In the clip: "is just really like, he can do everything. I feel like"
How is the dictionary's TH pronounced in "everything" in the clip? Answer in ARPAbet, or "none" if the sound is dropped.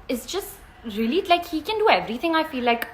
TH